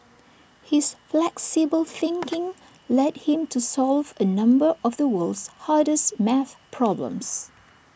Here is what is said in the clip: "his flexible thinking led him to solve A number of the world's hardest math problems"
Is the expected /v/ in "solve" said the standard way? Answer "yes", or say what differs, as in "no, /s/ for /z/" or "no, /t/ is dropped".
yes